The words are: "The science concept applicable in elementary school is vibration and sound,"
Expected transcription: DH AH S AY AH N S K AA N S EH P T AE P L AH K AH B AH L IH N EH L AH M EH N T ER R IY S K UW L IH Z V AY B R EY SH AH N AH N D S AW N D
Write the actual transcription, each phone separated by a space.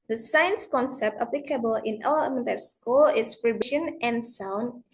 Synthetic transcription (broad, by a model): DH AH S AY AH N S K AA N S EH P T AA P L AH K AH B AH L IH N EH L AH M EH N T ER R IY S K UW L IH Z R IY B EY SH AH N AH N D S AW N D